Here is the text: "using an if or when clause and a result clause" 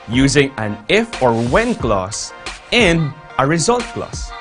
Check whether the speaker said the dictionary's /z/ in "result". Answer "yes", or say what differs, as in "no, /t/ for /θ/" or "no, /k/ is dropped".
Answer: yes